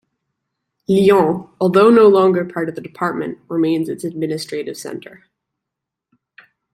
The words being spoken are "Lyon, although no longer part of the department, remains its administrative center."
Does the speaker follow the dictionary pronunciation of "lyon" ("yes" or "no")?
no